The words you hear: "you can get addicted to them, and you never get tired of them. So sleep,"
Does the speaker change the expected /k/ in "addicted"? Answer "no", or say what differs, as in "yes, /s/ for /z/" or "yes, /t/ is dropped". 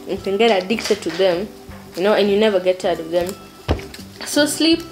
no